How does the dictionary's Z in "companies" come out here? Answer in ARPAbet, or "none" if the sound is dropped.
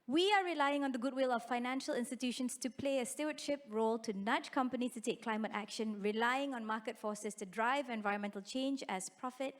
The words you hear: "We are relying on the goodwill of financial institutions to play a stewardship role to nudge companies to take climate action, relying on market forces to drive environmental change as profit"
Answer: none